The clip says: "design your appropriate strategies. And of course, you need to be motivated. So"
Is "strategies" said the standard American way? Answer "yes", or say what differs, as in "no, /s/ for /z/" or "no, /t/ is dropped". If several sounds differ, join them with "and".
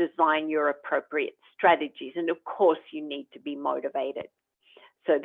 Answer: yes